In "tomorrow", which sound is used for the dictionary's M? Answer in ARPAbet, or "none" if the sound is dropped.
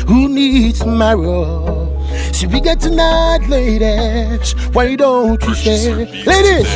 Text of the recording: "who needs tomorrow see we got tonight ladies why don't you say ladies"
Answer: none